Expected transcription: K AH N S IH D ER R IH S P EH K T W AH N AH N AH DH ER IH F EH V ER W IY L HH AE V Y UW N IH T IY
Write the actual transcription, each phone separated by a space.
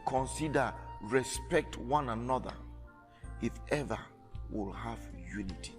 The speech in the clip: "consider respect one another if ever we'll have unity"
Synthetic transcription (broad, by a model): K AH N S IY D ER R IH S P EH K T W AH N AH N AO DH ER IH F EH V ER W IY L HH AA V Y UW N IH T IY